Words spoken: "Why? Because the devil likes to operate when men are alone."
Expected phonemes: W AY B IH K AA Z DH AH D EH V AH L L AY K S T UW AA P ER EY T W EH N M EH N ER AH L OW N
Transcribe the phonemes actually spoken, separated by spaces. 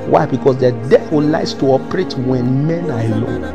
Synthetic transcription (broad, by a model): W AY B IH K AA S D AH D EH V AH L L AY S T UW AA P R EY T W EH N M EH N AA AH L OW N